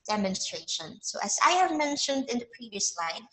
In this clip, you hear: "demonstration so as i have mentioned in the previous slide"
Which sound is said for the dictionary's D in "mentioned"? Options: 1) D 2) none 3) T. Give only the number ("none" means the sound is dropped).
1